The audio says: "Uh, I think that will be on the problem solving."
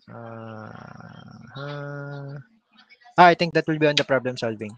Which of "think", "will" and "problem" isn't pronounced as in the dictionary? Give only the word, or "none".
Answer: think